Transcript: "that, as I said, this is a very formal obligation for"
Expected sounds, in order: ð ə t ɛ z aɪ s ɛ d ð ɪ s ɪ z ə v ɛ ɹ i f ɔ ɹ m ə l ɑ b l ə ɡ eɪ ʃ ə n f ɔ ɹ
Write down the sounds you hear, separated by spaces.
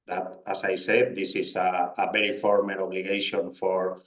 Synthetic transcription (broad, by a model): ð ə t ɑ s aɪ s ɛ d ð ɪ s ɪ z ə b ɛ ɹ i f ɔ ɹ m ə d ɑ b l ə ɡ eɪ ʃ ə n f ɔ ɹ